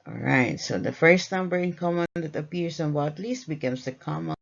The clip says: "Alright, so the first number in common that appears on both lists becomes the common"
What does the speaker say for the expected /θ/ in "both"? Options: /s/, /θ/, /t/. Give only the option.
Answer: /t/